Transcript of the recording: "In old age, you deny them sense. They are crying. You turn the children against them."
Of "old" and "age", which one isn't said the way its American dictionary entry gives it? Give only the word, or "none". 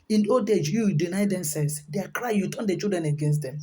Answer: old